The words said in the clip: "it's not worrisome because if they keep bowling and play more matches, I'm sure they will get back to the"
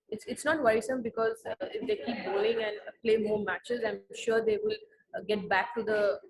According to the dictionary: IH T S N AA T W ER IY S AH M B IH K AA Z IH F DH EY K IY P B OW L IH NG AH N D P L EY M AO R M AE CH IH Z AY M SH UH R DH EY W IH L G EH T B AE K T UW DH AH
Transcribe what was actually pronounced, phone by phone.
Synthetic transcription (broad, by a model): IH T S N AA T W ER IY S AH M B IH K AA Z IH F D EY K IY P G OW IH NG AH N D P L EY M AO R M AE CH IH Z AY M SH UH R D EY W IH L G EH T B AE K T UW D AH